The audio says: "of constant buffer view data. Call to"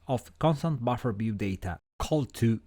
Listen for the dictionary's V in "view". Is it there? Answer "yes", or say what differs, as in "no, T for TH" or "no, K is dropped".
no, B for V